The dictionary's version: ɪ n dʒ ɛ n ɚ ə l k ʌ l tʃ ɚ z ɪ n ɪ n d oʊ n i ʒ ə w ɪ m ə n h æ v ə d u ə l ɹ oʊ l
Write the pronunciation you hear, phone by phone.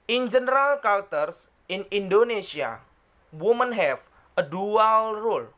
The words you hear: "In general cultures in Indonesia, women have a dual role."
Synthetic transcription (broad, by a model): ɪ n dʒ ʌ n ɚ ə l k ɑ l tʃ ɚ s ɪ n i n d oʊ n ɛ s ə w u m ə n h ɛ f ə d u ə l ɹ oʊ l